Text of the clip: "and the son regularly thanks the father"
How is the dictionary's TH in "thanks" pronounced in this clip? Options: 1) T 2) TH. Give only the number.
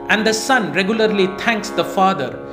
1